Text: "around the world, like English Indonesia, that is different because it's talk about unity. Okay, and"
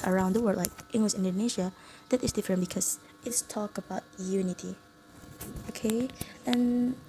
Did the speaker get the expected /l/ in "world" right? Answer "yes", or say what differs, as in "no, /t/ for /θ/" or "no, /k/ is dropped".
no, /l/ is dropped